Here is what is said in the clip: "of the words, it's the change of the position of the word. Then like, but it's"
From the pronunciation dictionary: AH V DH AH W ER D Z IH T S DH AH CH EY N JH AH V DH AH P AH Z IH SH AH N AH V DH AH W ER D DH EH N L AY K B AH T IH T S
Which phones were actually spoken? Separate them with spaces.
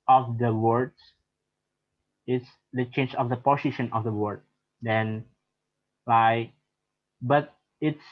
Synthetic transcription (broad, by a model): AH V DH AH W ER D IH T S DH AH CH EY N JH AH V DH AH P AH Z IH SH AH N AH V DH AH W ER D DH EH N L AY K B AH T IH T S